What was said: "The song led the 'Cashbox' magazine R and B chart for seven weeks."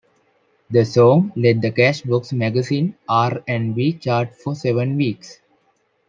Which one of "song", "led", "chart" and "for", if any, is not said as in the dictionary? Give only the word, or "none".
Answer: none